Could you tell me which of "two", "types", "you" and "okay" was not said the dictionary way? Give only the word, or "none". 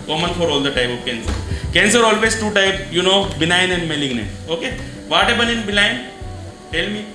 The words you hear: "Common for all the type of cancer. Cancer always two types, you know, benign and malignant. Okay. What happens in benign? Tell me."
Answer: types